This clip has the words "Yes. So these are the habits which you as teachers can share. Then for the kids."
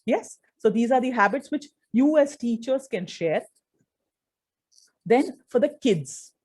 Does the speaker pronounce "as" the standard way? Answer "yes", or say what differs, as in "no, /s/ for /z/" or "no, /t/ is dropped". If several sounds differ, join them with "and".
no, /s/ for /z/